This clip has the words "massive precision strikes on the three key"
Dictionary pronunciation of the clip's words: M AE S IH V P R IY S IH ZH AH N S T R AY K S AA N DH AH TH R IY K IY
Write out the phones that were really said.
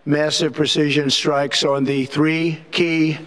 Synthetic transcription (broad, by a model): M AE S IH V P R IY S IH ZH AH N S T R AY K S N DH AH TH R IY K IY